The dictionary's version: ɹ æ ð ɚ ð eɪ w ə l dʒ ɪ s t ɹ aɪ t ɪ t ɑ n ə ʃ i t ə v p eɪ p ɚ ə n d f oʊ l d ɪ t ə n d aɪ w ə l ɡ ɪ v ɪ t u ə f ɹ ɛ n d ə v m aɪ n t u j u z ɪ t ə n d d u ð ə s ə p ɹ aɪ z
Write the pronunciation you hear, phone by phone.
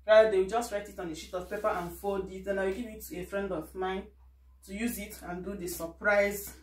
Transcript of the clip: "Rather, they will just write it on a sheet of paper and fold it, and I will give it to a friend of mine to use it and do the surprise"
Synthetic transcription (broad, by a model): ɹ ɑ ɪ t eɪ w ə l dʒ ɪ s t ɹ aɪ t ɪ t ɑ n ə ʃ i t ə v p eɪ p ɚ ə n f oʊ l d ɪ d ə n aɪ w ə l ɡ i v ɪ t u ə f ɹ ɛ n d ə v m aɪ n t u j u z ɪ t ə n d d u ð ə s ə p ɹ aɪ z